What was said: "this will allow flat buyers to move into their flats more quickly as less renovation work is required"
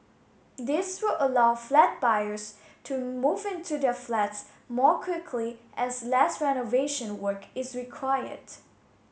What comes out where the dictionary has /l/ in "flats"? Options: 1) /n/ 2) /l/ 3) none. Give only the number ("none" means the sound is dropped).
2